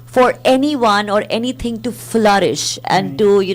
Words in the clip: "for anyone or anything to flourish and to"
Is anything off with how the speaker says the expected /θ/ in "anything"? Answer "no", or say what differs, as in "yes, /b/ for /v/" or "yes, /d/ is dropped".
yes, /t/ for /θ/